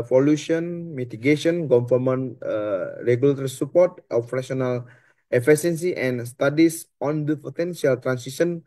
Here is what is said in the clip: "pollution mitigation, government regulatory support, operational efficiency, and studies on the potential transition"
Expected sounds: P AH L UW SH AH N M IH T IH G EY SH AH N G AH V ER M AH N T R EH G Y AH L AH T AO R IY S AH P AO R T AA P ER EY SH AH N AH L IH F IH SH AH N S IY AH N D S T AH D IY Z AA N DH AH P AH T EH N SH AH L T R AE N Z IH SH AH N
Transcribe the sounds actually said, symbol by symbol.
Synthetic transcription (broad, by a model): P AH L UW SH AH N M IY T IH G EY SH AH N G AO F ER M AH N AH R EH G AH L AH T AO R IY S AH P AO R T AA F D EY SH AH N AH L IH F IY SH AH N S IY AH N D S T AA D IY S AA N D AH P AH T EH N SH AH L T R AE N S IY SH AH N